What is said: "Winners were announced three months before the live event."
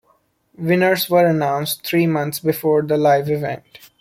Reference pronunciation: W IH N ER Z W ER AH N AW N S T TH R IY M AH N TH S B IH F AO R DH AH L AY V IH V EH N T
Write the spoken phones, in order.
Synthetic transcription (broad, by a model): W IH N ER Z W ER AH N AW N S T T R IY M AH N T S B IH F AO R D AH L AY V IH V EH N T